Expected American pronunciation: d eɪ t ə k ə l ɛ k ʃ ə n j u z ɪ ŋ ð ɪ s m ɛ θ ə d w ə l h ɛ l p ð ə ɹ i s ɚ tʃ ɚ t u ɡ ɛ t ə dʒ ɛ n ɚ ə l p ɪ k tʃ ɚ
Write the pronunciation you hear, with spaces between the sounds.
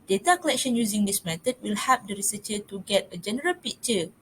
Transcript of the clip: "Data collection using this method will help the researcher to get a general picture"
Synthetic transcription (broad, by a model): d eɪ t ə k ə l ɛ k ʃ ə n j u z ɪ ŋ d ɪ s m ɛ t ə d w ə l h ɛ p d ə ɹ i s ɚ tʃ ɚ t u ɡ ɛ t ə dʒ ɛ n ɚ ə l p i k tʃ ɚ